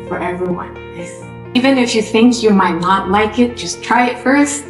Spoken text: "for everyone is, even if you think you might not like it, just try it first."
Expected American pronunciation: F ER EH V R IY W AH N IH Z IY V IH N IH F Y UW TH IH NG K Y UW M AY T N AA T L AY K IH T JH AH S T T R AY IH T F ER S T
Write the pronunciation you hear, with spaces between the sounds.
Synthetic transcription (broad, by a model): F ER EH V R IY W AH N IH IY V IH N IH F Y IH TH IH NG K Y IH M AY T N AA T L AY K IH T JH AH S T T R AY IH T F ER S T